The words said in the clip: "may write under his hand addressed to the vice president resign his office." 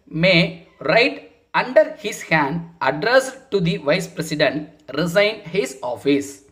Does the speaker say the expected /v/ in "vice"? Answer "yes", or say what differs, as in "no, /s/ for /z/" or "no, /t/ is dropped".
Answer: yes